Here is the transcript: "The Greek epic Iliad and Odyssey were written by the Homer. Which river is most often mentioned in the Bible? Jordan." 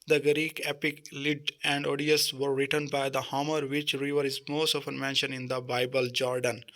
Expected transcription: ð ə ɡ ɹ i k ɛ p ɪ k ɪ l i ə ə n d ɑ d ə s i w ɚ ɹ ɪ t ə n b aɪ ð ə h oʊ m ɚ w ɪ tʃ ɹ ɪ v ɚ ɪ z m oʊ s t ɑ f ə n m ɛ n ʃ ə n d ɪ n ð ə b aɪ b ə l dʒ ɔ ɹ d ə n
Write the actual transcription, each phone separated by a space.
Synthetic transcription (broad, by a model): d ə ɡ ɹ i k ɛ p ɪ k l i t ə n d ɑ d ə s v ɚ ɹ ɪ t ə n b aɪ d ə h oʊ m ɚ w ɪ tʃ ɹ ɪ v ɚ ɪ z m oʊ s t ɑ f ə n m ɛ n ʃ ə n ɪ n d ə b aɪ b ə l dʒ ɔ ɹ d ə n